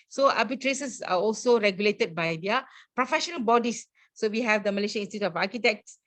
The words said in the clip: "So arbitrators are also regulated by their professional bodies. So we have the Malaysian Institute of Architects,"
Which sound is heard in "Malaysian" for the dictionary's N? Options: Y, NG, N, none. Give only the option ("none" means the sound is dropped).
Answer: none